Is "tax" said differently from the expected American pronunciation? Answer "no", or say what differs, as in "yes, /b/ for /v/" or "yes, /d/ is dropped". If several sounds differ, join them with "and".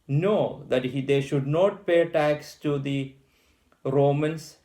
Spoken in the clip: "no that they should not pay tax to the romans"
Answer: no